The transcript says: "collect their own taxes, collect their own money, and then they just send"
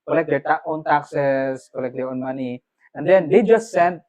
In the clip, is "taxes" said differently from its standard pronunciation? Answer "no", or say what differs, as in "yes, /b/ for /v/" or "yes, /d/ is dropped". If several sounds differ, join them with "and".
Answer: yes, /s/ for /z/